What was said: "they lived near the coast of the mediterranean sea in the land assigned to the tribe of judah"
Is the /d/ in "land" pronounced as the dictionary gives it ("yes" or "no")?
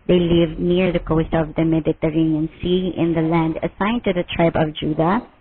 yes